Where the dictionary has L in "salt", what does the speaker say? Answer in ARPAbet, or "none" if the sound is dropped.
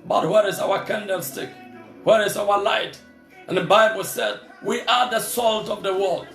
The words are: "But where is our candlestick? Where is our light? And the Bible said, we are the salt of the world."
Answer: L